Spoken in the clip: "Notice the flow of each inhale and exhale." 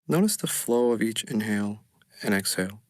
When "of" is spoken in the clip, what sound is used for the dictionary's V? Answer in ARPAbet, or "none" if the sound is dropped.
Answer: V